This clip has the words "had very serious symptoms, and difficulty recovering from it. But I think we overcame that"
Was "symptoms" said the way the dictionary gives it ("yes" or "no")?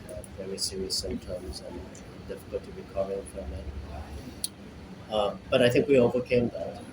no